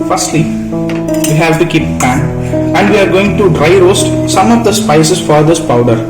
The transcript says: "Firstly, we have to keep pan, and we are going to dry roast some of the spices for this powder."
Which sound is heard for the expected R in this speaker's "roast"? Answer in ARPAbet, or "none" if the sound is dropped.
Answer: R